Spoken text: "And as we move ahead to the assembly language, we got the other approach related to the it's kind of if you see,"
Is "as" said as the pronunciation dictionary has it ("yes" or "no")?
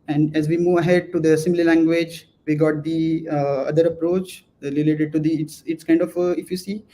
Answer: yes